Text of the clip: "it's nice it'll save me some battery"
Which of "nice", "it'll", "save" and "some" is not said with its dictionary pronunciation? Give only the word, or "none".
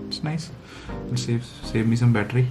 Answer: it'll